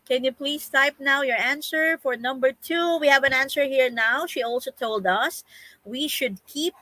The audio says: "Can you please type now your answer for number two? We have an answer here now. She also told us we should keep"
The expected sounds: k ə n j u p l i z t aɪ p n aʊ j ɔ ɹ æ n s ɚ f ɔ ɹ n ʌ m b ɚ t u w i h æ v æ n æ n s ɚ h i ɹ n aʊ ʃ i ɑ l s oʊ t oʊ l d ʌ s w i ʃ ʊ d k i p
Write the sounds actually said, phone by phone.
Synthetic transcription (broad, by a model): k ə n j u p l i s t aɪ p n aʊ j ɔ ɹ æ n s ɚ f ɔ ɹ n ʌ m b ɚ t u w i h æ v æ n æ n s ɚ h i ɹ n aʊ ʃ i ɑ l s oʊ t oʊ l d ʌ s w i ʃ ʊ d k i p